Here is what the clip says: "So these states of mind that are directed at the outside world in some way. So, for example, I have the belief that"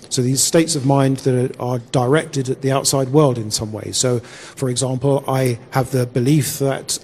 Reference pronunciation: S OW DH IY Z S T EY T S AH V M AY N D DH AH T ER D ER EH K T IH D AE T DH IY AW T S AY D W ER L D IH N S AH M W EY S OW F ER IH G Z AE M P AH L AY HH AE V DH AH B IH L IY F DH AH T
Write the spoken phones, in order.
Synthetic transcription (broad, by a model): S OW DH IY Z S T EY T S AH V M AY N DH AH T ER D ER EH K T IH D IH T DH IY AW T S AY D W ER L D IH N S AH M W EY S OW F ER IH G Z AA M P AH L AY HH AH V DH AH B IH L IY F DH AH T